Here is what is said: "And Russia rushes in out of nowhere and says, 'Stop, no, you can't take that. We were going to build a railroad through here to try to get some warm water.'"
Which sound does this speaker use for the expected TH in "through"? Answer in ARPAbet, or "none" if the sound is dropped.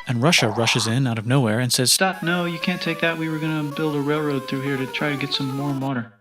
TH